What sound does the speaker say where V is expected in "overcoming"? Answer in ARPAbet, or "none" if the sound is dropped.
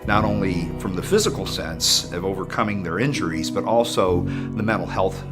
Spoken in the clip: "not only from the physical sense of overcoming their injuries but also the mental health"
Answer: V